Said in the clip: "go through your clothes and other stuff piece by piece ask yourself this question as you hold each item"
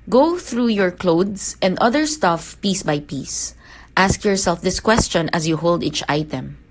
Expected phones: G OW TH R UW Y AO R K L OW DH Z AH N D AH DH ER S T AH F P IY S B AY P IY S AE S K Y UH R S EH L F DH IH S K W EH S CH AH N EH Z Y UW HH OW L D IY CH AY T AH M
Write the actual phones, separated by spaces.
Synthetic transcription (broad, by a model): G OW TH R UW Y AO R K L OW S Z AH N D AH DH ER S T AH F P IY S B AY P IY S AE S K Y UH R S EH L F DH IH S K W EH S CH AH N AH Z Y UW HH OW L D IY CH AY T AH M